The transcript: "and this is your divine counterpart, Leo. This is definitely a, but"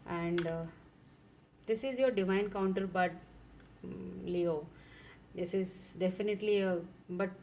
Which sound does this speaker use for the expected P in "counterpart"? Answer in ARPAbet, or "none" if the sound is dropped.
B